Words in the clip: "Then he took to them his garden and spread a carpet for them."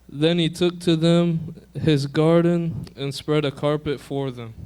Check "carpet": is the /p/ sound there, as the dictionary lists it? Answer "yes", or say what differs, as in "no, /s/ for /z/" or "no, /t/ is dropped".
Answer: yes